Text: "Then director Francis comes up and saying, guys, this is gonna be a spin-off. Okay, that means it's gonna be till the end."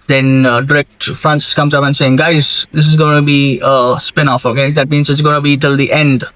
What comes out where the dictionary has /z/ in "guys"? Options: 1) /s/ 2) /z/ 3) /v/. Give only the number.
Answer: 2